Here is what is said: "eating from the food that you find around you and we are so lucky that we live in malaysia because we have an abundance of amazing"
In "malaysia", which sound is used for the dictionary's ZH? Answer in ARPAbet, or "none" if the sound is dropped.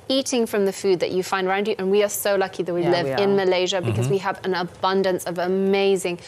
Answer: ZH